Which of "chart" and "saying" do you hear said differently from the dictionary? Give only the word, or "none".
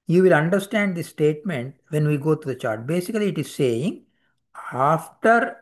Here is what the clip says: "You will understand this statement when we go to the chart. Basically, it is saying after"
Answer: none